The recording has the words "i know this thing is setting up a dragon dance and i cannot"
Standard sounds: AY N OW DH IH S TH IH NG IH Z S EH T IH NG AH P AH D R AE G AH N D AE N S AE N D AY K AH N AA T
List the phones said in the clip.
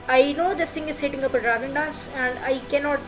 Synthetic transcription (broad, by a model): AY N OW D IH S T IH NG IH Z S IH T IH NG AH P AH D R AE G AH N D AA S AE N D AY K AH N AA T